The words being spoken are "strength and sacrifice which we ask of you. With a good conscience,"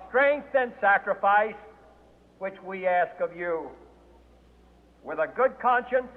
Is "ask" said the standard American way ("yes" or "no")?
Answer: yes